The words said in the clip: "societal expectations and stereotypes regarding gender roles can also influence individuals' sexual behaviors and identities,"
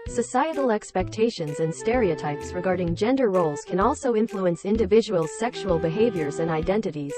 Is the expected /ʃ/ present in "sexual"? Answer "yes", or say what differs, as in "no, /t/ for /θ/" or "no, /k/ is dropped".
yes